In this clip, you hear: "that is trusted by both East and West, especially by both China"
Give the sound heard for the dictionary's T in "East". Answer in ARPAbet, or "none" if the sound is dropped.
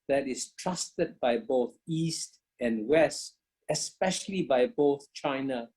T